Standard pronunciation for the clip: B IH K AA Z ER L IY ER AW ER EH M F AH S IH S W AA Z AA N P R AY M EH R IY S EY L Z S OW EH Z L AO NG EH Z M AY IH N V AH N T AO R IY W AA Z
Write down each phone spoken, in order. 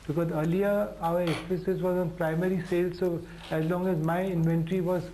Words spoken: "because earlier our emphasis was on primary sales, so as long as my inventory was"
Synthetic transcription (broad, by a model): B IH K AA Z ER L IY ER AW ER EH F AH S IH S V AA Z AA N P R AY M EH R IY S EY L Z S OW EH Z L AO NG EH Z M AY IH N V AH N T R IY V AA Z